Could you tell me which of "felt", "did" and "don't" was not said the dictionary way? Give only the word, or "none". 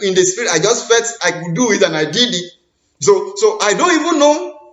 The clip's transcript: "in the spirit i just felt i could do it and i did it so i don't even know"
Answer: felt